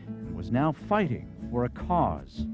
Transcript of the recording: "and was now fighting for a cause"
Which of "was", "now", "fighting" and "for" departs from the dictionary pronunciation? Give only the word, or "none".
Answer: none